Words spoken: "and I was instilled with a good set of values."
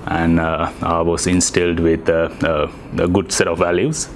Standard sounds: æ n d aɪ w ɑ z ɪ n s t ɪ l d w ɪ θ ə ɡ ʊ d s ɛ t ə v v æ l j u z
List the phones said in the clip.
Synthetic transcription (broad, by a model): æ n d aɪ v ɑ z ɪ n s t ɪ l d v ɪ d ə ɡ ʊ d s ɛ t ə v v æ l j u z